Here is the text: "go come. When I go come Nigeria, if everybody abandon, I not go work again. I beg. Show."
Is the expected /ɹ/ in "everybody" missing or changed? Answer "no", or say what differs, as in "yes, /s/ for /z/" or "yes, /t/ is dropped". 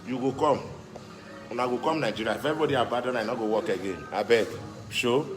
yes, /ɹ/ is dropped